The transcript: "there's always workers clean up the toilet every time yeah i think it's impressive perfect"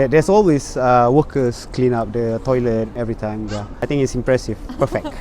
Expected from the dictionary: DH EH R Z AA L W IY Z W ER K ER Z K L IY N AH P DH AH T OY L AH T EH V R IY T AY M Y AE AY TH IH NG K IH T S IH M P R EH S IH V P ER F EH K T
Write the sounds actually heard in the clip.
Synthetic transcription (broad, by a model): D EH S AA L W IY S W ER K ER S K L IY N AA P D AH T OY L AH T EH V R IY T AY M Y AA AY T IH NG IH T S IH M P R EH S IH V P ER F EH K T